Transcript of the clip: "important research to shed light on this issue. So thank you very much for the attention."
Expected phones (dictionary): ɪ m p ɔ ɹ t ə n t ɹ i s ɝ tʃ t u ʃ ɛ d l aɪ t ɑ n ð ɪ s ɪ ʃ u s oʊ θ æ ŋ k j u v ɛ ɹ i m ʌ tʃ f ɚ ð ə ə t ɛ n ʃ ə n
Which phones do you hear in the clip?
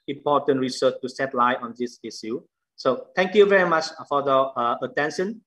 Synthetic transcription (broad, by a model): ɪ m p ɔ t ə n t ɹ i s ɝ tʃ t u s ɛ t l aɪ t ɑ n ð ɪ s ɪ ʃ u s oʊ t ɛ ŋ k j u v ɛ ɹ i m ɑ tʃ f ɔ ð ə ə t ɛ n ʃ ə n